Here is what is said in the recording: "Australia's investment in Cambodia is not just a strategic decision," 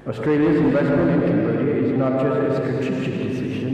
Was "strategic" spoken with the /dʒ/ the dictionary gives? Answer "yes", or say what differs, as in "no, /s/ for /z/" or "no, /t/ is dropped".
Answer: no, /tʃ/ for /dʒ/